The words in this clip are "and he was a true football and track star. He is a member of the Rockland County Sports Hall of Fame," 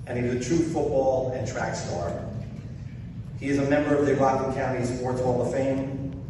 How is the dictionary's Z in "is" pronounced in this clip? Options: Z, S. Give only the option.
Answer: Z